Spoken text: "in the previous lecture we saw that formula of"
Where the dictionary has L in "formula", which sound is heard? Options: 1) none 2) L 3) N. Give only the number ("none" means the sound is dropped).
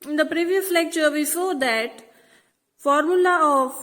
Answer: 2